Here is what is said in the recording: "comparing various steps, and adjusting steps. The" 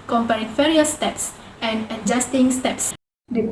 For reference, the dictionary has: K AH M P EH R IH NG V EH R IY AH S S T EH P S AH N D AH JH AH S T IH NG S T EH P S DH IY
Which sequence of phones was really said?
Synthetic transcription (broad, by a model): K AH M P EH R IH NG F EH R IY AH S S T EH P S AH N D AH JH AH S T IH NG S T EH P S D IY